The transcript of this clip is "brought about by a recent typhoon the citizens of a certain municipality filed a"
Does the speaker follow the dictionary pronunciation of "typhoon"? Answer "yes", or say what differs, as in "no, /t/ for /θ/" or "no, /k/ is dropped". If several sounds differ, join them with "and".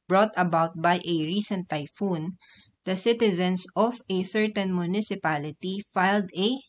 yes